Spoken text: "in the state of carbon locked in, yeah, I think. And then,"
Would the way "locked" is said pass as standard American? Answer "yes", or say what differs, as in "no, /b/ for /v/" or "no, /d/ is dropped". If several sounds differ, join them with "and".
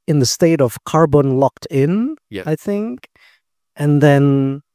yes